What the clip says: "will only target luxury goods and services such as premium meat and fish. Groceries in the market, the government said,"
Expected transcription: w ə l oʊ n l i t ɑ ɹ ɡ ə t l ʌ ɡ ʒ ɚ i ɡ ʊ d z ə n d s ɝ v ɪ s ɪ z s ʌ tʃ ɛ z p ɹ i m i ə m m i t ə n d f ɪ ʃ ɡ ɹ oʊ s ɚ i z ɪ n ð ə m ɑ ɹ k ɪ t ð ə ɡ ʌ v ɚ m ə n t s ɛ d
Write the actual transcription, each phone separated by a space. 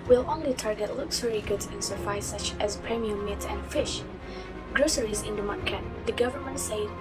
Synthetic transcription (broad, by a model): w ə l oʊ n l i t ɑ ɹ ɡ ə t l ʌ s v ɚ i ɡ ʊ d z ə n s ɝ f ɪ ɪ s ʌ tʃ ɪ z p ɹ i m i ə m m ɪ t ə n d f ɪ ʃ ɡ ɹ oʊ s ɚ i z ɪ n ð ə m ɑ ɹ k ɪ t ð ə ɡ ʌ v ɚ m ə n t s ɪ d